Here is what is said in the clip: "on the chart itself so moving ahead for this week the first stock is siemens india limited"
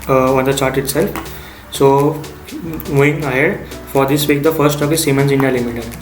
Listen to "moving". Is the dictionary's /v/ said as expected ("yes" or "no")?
no